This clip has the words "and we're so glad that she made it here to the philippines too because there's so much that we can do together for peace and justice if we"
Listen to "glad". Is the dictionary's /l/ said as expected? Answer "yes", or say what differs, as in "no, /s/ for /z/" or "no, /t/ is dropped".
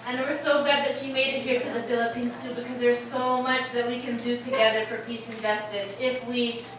no, /l/ is dropped